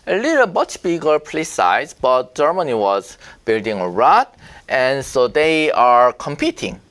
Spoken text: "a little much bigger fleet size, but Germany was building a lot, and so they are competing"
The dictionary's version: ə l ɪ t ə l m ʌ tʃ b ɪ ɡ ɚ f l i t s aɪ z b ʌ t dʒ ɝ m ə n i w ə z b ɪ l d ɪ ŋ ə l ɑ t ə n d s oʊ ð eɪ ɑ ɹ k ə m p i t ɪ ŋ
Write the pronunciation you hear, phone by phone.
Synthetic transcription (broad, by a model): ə l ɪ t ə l m ʌ tʃ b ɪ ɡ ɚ p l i s aɪ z b ʌ t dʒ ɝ m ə n i w ə z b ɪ l d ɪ ŋ ə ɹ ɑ t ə n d s oʊ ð eɪ ɑ ɹ k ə m p i t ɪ ŋ